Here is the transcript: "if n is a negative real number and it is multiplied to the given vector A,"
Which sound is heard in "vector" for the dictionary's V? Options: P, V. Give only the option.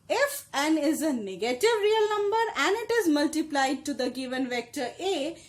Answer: V